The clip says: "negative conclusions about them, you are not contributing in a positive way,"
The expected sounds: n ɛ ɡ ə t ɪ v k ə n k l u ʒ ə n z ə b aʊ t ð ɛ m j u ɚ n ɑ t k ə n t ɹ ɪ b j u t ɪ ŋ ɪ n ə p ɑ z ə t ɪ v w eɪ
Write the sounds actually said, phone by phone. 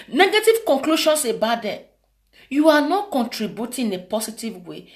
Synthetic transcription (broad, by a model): n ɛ ɡ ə t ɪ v k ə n k l u ʃ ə n s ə b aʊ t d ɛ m j u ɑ n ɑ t k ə n t ɹ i b j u t ɪ n ə p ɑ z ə t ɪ v w eɪ